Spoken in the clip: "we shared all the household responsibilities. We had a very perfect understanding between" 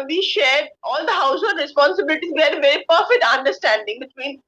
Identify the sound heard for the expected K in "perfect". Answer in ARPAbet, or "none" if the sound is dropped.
K